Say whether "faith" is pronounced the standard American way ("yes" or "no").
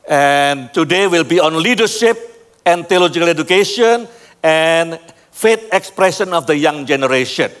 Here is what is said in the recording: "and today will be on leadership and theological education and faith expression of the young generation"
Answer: no